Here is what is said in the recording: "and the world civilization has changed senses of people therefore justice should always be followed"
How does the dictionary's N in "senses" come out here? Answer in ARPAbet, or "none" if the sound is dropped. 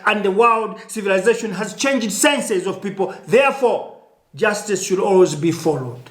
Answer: N